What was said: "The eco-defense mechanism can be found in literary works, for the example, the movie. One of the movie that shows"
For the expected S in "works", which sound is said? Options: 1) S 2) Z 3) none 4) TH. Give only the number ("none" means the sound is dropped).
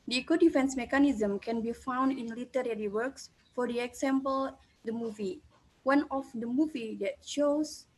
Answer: 1